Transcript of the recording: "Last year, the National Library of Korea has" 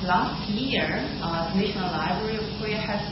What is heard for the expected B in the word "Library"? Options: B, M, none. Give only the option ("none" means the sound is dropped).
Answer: B